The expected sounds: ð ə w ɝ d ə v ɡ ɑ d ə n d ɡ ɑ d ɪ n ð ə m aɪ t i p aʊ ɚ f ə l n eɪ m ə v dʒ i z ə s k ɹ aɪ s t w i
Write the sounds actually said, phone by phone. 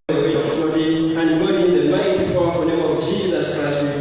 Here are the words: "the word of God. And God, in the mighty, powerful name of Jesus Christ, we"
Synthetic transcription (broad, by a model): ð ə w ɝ ə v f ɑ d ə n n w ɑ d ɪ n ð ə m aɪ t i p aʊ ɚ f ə n eɪ m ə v dʒ i z ə s k ɹ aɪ s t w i